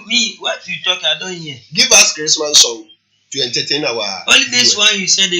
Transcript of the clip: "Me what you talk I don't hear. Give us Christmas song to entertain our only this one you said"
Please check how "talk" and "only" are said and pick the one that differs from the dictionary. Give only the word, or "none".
only